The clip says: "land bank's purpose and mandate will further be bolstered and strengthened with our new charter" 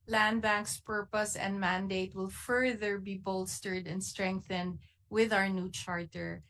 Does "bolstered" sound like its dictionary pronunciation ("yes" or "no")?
yes